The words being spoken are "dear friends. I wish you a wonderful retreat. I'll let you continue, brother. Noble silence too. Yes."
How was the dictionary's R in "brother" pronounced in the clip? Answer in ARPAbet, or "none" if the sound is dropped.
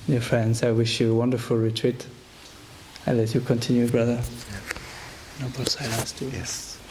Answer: R